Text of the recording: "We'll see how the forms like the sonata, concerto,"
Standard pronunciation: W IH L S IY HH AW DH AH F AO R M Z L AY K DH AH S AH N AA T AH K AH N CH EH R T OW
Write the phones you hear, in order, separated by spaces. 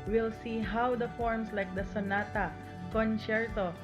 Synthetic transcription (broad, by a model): W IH L S IY HH AW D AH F AO R M S L AY K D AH S AH N AA T AH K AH N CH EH R T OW